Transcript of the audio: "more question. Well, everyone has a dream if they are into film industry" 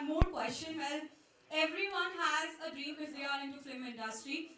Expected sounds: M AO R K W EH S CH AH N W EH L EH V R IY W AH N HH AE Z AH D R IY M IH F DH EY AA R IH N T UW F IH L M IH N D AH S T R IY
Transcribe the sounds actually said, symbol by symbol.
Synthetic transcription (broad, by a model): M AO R K W EH S CH AH N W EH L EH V R IY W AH N HH AE Z AH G R IY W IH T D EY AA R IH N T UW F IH M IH N D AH S T R IY